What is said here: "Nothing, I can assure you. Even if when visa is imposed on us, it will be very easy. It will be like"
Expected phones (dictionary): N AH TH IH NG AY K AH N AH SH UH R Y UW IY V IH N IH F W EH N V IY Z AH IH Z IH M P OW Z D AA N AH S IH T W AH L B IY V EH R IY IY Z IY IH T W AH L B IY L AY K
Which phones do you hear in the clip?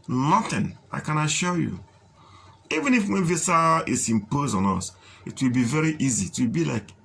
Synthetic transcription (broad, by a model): N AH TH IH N AY K AH N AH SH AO Y UW IY V IH N IH F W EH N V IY S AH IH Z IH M P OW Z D AA N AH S IH T W AH L B IY V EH R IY IY Z IY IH T W AH L B IY L AY K